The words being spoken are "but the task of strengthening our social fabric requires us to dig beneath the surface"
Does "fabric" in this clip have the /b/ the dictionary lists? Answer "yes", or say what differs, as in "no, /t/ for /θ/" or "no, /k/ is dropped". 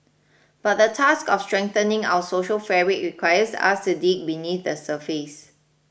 no, /b/ is dropped